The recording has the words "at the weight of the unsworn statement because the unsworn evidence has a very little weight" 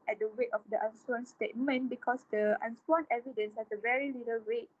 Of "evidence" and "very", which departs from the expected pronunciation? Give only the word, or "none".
none